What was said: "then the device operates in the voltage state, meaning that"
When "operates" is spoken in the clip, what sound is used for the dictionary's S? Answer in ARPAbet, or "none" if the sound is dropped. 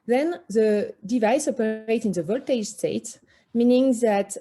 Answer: none